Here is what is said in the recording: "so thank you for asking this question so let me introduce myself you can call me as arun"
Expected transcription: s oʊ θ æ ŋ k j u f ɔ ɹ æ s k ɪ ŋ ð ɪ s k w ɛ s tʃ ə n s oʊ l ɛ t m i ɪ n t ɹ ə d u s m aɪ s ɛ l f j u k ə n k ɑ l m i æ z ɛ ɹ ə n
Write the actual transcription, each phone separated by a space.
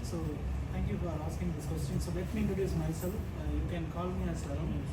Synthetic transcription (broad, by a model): s oʊ t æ ŋ k j u f ɔ ɹ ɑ s k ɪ ŋ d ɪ s k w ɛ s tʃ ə n s oʊ l ɛ t m i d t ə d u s m aɪ s ɛ l f j u k ə n k ɑ l m i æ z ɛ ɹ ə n